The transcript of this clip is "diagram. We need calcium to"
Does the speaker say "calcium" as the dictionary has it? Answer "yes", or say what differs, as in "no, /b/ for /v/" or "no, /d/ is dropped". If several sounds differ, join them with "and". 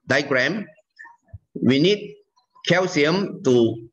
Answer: no, /w/ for /l/